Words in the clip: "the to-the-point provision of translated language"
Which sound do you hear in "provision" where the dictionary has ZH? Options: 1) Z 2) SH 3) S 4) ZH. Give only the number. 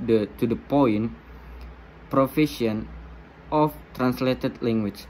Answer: 3